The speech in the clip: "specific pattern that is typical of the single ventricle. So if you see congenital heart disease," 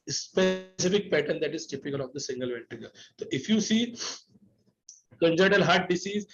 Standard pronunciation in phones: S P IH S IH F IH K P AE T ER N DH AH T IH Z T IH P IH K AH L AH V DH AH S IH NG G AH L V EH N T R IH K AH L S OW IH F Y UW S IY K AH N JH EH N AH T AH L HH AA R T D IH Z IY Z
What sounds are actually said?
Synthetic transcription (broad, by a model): S P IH S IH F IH K P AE T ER N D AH T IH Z T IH P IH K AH L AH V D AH S IH NG G AH L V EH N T IH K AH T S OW IH F Y UW S IY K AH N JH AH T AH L HH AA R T D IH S IY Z